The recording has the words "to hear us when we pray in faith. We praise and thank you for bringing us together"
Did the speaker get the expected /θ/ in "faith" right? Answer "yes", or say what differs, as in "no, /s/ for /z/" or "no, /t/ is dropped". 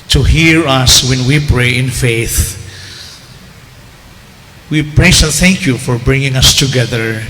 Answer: yes